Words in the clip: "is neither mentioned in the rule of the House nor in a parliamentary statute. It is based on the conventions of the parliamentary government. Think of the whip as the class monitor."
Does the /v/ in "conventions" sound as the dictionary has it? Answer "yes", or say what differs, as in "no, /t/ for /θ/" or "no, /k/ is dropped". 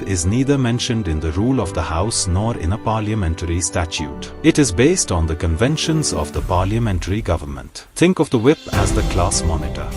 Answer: yes